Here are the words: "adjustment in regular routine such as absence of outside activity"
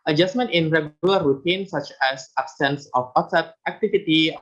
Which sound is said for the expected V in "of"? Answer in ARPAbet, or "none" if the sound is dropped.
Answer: W